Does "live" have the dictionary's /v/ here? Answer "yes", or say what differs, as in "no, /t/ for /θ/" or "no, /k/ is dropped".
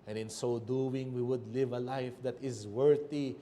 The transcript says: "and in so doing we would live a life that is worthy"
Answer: yes